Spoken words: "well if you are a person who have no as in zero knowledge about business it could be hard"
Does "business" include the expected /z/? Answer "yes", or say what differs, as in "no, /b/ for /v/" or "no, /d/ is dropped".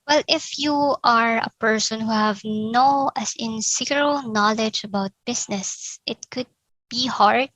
no, /s/ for /z/